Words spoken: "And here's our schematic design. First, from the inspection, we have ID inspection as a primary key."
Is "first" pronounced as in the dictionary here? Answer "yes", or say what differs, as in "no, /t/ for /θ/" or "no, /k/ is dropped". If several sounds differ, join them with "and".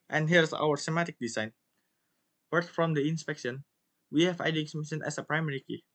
no, /s/ is dropped